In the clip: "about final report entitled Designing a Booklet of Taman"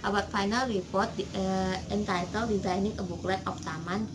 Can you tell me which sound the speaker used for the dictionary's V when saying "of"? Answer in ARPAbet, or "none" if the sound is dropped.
P